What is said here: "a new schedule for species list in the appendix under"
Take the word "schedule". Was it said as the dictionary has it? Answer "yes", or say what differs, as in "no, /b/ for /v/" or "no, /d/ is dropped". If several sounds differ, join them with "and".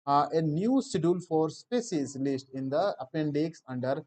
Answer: no, /k/ is dropped